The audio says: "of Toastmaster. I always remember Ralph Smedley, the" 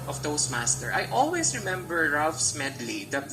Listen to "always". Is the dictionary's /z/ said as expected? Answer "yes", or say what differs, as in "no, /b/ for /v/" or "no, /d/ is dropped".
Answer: no, /s/ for /z/